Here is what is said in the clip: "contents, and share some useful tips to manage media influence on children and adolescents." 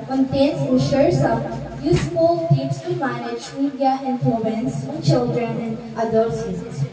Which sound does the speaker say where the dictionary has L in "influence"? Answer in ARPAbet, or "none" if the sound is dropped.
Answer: none